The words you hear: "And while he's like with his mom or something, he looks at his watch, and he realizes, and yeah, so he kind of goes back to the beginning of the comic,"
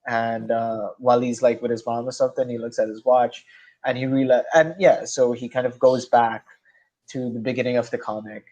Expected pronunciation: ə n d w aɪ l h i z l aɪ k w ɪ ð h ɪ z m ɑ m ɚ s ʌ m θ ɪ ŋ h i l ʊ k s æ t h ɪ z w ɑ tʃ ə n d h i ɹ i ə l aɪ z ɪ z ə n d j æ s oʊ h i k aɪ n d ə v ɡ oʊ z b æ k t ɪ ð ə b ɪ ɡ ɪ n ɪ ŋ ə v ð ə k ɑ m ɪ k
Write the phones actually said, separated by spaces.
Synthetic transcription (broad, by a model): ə n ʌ w aɪ l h i z l aɪ k w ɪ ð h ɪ z m ɑ m ɚ s ʌ m θ ɪ ŋ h i l ʊ k s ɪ t h ɪ z w ɑ tʃ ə n i ɹ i l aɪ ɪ ə n j æ s oʊ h i k aɪ n d ə v ɡ oʊ z b æ k t ɪ ð ə b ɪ ɡ ɪ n ɪ ŋ ə v ð ə k ɑ m ɪ k